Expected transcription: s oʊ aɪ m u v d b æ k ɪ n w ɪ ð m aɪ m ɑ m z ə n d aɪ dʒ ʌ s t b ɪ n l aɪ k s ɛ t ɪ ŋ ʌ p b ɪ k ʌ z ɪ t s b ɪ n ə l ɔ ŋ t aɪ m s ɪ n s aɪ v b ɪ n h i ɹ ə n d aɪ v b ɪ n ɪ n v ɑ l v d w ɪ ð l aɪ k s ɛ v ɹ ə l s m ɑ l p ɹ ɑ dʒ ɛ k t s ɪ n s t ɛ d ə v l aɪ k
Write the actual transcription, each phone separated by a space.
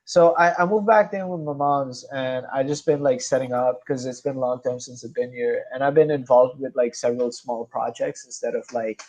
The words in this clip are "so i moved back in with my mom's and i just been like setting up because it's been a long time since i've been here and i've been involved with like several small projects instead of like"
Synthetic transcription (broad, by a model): s oʊ aɪ m u v b æ k ɪ n w ɪ ð m aɪ m ɑ m z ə n aɪ dʒ ʌ s b ɪ n l aɪ k s ɛ t ɪ ŋ ʌ p k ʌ z ɪ t s b ɪ n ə l ɔ ŋ t aɪ m s ɪ n s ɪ b ɪ n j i ɹ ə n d aɪ v b ɪ n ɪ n v ɑ l v d w ɪ ð l aɪ k s ɛ v ɹ ə l s m ɑ l p ɹ ɑ dʒ ɛ k t s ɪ n s t ɛ d ə v l aɪ k